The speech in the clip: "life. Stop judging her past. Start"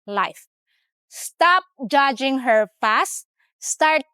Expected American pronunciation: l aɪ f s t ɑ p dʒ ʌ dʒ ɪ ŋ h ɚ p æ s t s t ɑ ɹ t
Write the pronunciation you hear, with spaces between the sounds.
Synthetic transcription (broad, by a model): l aɪ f s t ɑ p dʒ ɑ dʒ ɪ ŋ h ɚ f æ s t s t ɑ ɹ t